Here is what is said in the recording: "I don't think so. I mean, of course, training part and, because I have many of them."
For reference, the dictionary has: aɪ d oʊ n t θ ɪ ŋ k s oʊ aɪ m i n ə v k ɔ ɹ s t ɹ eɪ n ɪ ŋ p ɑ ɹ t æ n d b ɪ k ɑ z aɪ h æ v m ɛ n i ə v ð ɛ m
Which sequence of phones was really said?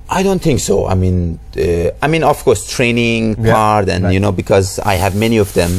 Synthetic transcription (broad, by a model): aɪ d oʊ n t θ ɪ ŋ k s oʊ aɪ m i n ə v k ɔ ɹ s t ɹ eɪ n ɪ ŋ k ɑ ɹ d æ n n b ɪ k ɑ z aɪ h æ v m ɛ n i ə v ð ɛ m